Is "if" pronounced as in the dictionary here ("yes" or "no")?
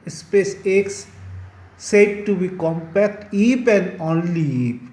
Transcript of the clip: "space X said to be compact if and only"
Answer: no